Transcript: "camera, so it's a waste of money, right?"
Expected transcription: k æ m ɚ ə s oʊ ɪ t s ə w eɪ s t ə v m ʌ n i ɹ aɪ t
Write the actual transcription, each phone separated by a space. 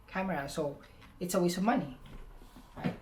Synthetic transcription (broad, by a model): k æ m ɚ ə s oʊ ɪ t s ə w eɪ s ə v m ʌ n i